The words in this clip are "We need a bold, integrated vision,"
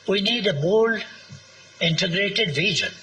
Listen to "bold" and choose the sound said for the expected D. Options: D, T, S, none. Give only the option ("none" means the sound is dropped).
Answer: none